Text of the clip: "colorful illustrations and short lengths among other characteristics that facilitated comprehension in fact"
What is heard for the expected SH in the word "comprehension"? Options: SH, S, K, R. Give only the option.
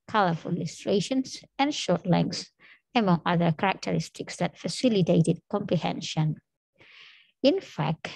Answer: SH